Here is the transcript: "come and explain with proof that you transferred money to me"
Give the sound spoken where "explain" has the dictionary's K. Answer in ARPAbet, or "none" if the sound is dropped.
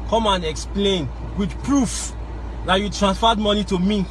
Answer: K